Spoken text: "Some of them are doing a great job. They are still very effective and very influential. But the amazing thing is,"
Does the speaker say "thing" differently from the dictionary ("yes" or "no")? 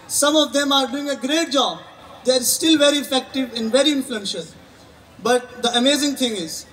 yes